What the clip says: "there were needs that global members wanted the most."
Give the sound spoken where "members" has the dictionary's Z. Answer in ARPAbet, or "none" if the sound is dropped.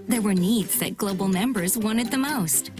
Z